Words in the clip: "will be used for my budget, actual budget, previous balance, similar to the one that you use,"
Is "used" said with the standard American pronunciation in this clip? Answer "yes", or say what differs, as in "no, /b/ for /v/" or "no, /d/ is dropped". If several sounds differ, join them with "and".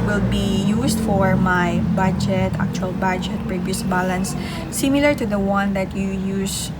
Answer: no, /s/ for /z/